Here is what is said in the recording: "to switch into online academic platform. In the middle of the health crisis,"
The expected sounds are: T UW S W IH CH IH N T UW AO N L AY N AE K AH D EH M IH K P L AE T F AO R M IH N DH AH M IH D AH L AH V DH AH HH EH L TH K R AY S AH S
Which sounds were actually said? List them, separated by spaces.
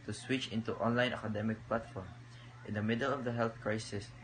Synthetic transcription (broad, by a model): T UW S W IH CH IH N T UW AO N L AY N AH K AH D EH M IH K P L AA T F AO R M IH N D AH M IH D AH L AH V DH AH HH EH L TH K R AY S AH S